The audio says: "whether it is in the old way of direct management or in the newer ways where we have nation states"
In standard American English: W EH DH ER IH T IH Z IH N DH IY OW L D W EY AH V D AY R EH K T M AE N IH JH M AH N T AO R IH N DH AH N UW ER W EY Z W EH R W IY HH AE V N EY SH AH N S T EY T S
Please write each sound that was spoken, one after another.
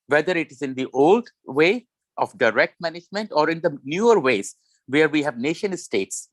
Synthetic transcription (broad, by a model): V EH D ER IH T IH Z IH N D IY OW L D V EY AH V D AY R EH K T M AE N IH JH M AH N T AO R IH N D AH N UW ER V EY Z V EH R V IY HH AE V N EY SH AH N S T EY T S